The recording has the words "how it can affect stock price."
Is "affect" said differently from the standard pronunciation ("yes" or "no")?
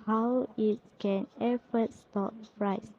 yes